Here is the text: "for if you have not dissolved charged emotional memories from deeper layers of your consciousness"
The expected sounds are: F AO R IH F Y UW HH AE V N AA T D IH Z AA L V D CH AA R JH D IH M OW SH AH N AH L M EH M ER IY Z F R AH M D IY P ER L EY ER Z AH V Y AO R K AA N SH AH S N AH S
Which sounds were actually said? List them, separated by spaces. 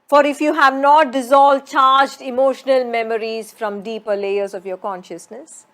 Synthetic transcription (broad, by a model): F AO R IH F Y UW HH AE V N AA T D IH Z AA L V D CH AA R JH D IH M OW SH AH N AH L M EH M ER IY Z F R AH M D IY P ER L EY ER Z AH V Y AO R K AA N SH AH S N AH S